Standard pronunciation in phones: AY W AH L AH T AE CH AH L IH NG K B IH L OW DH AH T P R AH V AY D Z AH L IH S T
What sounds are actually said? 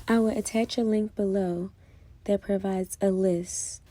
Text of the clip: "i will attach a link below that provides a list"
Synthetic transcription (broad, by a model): AY W AH L AH T AE CH AH L IH NG K B IH L OW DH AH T P R AH V AY D Z AH L IH S T